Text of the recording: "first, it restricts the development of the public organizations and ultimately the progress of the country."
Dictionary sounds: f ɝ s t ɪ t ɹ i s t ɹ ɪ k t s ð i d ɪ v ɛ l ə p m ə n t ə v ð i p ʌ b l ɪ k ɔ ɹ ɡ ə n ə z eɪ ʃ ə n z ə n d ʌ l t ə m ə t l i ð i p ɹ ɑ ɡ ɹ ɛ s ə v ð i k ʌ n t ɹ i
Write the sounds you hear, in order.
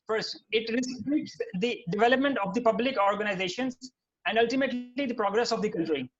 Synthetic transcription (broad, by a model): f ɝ s t ɪ t ɹ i s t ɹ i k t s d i d ɪ v ɛ l ə p m ə n t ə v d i p ʌ b l ɪ k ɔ ɹ ɡ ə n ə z eɪ ʃ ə n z ə n d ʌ l t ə m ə t l i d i p ɹ ɑ ɡ ɹ ɛ s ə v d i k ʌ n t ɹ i